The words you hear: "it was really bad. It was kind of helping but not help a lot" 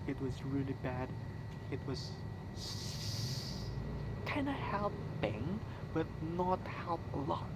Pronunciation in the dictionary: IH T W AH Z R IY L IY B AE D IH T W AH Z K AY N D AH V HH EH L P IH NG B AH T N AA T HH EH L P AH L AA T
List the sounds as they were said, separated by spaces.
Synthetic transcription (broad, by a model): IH T W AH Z R IY L IY B AE D IH T W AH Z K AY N AH HH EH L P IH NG B AH T N AA T HH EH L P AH L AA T